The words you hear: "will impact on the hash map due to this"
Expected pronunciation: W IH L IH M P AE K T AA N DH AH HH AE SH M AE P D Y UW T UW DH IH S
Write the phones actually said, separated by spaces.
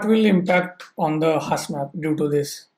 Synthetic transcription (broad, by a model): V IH L IH M P AE K T AA N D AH HH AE S M AE P D Y UW T UW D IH S